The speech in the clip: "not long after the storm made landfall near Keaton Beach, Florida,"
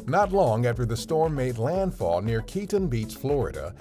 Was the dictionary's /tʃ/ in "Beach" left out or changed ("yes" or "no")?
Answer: yes